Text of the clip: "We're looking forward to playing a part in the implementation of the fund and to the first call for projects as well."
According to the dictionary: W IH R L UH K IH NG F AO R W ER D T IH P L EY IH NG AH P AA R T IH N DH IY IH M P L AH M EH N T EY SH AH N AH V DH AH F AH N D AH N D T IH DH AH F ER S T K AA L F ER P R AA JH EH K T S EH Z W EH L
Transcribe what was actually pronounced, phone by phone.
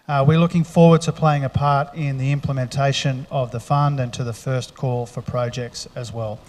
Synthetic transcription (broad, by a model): W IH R L UH K IH NG F AO R W ER D T IH P L EY IH NG AH P AA R T IH N DH IY IH M P L AH M EH N T EY SH AH N AH V DH AH F AH N D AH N T IH DH AH F ER S K AA L F ER P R AA JH EH K T S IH Z W EH L